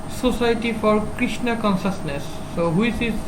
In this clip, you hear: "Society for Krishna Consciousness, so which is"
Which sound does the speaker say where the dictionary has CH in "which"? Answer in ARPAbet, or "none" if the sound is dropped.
S